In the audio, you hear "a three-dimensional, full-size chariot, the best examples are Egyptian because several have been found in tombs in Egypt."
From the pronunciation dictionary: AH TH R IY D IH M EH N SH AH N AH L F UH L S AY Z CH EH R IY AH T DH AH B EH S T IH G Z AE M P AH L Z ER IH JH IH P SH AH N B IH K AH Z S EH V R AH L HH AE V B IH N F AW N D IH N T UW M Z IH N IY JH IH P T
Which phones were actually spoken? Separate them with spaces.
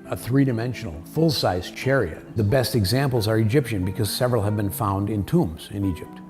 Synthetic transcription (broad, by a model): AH TH R IY D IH M EH N SH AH N L F UH L S AY Z CH EH R IY AH T DH AH B EH S T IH G Z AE M P L Z ER IH JH IH P SH AH N B IH K AH Z S EH V R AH L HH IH V B IH N F AW N D IH N T UW M Z IH N IY JH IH P T